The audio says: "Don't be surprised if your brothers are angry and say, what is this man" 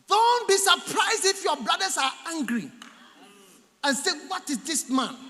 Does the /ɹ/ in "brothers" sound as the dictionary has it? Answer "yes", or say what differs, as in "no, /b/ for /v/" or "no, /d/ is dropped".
no, /l/ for /ɹ/